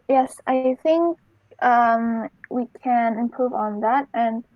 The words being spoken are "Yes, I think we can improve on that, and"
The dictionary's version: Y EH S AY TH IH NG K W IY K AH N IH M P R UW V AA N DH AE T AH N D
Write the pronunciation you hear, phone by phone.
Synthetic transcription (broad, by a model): Y EH S AY TH IH NG K W IY K AH N IH M P R UW V N DH AE T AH N